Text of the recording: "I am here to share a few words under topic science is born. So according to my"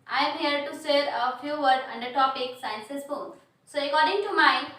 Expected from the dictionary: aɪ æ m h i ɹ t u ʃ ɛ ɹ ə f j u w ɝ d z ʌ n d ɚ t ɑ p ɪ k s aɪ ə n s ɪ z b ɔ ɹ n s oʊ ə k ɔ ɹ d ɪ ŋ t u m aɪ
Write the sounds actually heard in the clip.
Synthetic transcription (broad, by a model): aɪ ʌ m h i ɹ t u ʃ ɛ ɹ ə f j u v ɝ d ʌ n d ɚ t ɑ p ɪ k s aɪ ə n s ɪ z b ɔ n s oʊ ə k ɔ ɹ d ɪ ŋ t u m aɪ